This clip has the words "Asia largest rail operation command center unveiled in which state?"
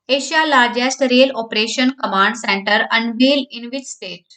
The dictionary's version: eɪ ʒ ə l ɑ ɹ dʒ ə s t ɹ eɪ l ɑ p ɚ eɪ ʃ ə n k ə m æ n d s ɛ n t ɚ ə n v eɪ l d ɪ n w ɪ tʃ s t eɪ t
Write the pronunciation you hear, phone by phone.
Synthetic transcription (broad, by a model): eɪ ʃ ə l ɑ ɹ dʒ ə s t ɹ eɪ l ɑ p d eɪ ʃ ə n k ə m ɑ n d s ɛ n t ɚ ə n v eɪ l ɪ n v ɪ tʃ s t eɪ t